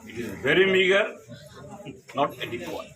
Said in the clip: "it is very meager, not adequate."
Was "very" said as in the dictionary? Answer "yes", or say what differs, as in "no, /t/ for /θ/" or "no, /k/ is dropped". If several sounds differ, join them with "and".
yes